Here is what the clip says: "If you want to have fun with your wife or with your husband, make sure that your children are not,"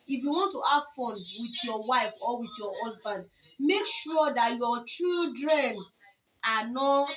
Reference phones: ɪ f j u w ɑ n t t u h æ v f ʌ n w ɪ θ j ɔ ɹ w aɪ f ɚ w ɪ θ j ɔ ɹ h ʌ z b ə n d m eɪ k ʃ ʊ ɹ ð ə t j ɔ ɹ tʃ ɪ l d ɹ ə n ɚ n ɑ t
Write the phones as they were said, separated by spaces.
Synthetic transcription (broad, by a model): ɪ f j u w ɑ n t t u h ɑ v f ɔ n w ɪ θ j ɔ w aɪ f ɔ w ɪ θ j ɔ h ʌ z b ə n d m eɪ k ʃ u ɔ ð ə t j ɔ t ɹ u d ɹ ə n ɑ n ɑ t